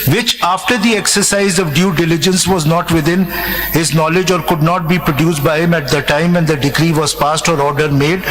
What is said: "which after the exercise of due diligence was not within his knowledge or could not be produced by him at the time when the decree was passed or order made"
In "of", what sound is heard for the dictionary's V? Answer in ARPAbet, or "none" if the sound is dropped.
V